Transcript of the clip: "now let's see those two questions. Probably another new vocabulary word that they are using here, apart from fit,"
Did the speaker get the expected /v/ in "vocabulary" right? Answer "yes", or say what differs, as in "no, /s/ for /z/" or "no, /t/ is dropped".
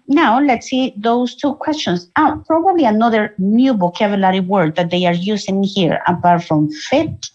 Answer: no, /b/ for /v/